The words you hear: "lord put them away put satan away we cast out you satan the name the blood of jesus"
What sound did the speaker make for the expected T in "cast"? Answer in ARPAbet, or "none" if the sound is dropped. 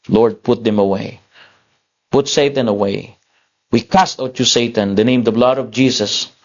T